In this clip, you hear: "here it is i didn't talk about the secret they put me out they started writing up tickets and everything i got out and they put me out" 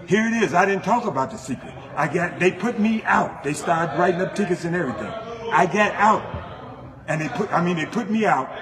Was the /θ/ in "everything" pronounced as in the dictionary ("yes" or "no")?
yes